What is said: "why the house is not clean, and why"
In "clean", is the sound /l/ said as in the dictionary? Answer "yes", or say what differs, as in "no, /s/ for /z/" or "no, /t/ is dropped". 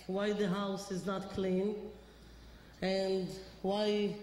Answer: yes